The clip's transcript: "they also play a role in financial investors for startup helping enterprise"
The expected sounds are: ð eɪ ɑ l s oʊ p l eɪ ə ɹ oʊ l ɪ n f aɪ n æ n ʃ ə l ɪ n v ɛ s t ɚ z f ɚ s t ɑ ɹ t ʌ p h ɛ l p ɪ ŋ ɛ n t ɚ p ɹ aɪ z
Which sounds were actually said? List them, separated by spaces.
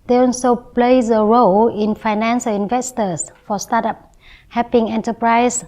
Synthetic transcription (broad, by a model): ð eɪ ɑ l s oʊ p l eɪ ə ɹ oʊ l ɪ n f aɪ n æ n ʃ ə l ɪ n v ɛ s t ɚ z f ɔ s t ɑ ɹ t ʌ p h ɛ p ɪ ŋ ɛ n t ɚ p ɹ aɪ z